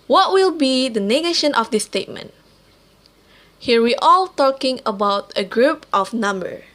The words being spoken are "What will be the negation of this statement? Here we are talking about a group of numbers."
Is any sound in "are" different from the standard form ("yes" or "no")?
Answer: yes